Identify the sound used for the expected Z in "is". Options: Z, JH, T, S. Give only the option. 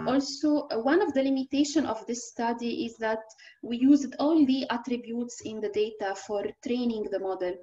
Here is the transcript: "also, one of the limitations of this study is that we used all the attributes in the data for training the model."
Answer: Z